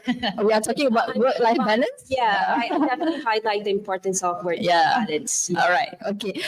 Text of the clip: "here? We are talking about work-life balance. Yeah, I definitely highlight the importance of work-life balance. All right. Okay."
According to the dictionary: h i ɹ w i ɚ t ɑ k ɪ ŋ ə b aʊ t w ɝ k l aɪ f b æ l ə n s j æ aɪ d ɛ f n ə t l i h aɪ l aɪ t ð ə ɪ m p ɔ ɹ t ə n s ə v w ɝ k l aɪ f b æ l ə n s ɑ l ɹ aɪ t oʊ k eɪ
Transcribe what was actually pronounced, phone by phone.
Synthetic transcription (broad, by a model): w i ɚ t ɑ k ɪ ŋ ə b aʊ t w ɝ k l aɪ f b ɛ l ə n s j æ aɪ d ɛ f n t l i h aɪ l aɪ t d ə ɪ m p ɔ ɹ t ə n s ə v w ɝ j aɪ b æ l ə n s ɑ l ɹ aɪ t oʊ k eɪ